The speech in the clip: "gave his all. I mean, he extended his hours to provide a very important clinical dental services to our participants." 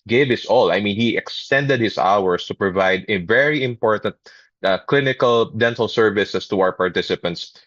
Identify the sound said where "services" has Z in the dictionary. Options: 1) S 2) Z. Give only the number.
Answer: 1